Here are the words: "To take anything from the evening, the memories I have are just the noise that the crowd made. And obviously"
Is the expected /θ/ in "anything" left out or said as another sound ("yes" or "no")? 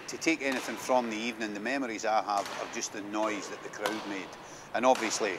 no